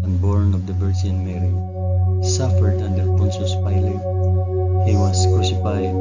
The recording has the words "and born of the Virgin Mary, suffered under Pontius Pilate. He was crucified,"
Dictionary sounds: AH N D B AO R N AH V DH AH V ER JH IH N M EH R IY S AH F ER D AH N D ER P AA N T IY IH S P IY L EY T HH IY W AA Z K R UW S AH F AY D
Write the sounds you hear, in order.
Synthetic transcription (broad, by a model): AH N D B AO R N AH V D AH B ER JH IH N M EH R IY S AH F ER D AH N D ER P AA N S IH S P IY L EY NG HH IY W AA S K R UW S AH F AY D